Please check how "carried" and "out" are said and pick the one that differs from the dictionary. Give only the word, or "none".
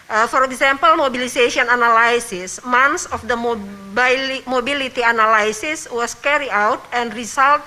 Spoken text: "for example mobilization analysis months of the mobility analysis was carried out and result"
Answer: carried